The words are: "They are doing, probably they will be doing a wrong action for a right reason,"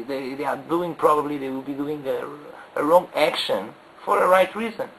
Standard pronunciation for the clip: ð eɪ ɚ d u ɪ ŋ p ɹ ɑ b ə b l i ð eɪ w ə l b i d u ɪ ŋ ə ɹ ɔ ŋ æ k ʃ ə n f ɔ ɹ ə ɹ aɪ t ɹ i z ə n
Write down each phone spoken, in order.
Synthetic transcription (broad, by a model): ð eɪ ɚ d u ɪ ŋ p ɹ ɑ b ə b l i ð eɪ w ə l b i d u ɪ ŋ ə ɹ ɔ ŋ æ k ʃ ə n f ɔ ɹ ə ɹ aɪ t ɹ i z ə n